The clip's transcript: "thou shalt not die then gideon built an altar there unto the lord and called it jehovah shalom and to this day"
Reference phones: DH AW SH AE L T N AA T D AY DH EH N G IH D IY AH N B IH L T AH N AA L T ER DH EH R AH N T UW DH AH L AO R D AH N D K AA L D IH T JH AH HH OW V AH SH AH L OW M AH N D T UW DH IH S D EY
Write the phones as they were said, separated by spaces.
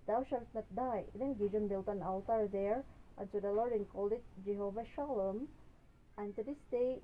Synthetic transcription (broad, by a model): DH AW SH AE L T N AA T D AY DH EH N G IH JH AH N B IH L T AH N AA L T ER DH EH R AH N S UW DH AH L AO R D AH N K AA L D IH T JH AH HH OW V AH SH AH L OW M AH N T UW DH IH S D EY